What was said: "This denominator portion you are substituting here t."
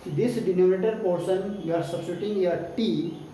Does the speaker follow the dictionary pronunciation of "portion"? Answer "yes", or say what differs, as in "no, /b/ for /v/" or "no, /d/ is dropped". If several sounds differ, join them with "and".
no, /s/ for /ʃ/